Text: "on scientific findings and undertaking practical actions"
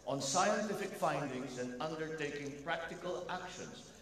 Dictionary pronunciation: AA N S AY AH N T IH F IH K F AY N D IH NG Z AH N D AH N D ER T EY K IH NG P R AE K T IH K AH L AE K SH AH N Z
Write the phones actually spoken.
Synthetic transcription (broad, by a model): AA N S AY AH N T IH F IH K F AY N D IH NG Z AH N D AH N D ER T EY K IH NG P R AE K T IH K AH L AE K SH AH N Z